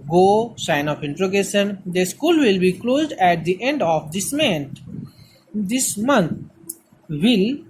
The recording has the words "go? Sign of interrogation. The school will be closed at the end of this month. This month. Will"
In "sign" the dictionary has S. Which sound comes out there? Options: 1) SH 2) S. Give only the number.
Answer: 2